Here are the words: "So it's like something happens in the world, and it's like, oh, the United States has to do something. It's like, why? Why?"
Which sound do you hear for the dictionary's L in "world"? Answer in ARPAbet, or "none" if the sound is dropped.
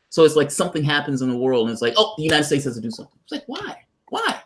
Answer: L